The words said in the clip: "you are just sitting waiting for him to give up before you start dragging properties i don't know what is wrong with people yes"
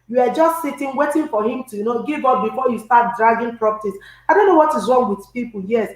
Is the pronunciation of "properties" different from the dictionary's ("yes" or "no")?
yes